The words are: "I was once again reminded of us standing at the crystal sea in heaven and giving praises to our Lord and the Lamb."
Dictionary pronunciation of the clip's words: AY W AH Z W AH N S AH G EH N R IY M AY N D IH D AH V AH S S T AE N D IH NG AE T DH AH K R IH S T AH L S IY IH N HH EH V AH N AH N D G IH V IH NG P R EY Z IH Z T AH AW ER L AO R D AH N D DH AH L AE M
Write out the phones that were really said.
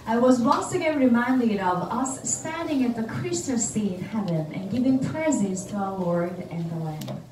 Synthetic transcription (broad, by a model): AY W AH Z W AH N S AH G EH N R IY M AY N D IH D AH V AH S S T AE N D IH NG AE T DH AH K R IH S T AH S IY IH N HH EH V AH N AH N G IH V IH NG P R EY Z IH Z T AH AW ER W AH R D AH N DH AH L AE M